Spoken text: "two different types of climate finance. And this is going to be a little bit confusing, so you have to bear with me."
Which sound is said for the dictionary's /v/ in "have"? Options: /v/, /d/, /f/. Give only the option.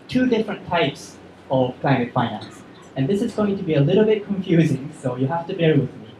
/f/